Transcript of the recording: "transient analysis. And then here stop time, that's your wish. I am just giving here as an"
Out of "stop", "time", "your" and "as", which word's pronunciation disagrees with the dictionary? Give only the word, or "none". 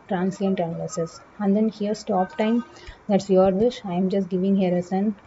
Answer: as